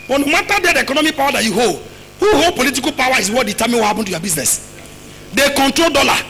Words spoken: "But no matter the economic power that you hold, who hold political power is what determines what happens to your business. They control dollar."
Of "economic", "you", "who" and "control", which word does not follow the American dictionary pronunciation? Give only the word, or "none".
none